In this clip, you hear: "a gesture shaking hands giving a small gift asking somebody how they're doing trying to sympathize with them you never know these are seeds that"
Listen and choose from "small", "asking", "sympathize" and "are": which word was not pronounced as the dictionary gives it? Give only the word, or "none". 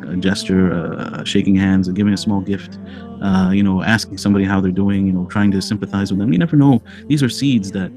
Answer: none